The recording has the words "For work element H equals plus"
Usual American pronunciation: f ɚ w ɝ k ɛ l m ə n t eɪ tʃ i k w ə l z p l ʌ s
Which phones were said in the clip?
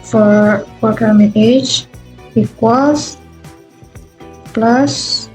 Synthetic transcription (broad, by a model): f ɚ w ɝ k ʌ m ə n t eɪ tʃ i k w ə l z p l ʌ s